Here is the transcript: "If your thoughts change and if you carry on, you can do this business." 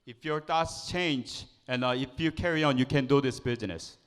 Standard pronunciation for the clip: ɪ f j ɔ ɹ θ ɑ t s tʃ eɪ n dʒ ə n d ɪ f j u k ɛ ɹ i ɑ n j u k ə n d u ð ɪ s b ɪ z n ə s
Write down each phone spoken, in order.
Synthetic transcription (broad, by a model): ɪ f j ɔ ɹ t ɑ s tʃ eɪ n dʒ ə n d ɪ f j u k ɛ ɹ i ɑ n j u k ə n d u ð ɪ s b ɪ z n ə s